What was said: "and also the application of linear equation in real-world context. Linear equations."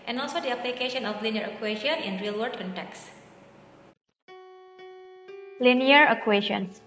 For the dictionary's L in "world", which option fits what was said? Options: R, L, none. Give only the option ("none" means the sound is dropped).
none